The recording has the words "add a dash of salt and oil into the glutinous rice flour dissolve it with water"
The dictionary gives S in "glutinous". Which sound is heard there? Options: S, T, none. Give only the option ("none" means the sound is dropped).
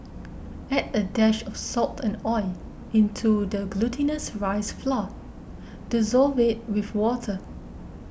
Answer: S